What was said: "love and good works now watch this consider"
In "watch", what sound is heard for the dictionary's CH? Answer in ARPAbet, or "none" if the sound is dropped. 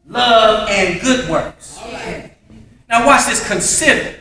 S